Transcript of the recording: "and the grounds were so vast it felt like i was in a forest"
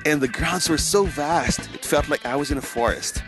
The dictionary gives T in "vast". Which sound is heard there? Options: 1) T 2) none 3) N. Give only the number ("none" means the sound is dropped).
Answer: 1